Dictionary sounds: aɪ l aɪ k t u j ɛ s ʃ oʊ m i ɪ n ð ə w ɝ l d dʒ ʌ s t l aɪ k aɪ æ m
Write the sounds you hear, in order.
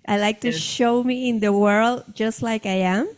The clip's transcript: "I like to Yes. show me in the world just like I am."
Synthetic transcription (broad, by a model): aɪ l aɪ k t u ʃ oʊ m i ɪ n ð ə w ɝ l d dʒ ʌ s t l aɪ k aɪ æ m